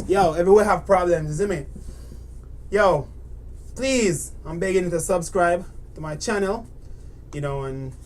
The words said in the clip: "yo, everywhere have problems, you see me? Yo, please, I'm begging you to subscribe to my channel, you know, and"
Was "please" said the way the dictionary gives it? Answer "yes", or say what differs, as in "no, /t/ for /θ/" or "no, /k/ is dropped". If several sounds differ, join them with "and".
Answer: yes